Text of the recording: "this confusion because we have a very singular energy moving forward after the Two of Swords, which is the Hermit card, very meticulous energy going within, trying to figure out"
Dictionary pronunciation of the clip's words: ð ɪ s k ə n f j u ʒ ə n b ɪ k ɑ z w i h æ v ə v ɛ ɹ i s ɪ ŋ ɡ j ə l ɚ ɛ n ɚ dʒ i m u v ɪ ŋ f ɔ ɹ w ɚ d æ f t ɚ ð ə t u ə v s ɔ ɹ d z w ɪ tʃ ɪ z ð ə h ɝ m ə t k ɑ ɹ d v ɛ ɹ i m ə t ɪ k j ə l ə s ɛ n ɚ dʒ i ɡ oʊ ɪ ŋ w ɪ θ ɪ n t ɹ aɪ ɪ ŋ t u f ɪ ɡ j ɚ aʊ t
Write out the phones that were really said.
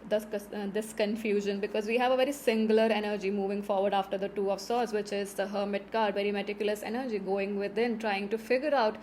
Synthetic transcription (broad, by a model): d ɪ s k ə n f j u ʒ ə n b ɪ k ɑ z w i h æ v ə v ɛ ɹ i s ɪ ŋ ɡ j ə l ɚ ɛ n ɚ dʒ i m u v ɪ ŋ f ɔ ɹ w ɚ d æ f t ɚ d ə t u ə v s ɔ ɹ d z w ɪ tʃ ɪ z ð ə h ɝ m ə t k ɑ ɹ d v ɛ ɹ i m ə t ɪ k j ə l ə s ɛ n ɚ dʒ i ɡ oʊ ɪ ŋ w ɪ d ɪ n t ɹ aɪ ɪ ŋ t u f ɪ ɡ j ɚ aʊ t